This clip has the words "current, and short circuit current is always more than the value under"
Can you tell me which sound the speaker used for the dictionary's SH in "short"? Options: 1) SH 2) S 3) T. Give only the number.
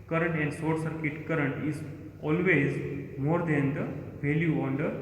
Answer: 2